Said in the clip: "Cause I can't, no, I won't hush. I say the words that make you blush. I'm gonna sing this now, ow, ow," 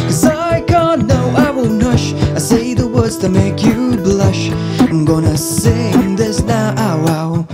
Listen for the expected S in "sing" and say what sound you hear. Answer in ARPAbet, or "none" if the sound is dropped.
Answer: S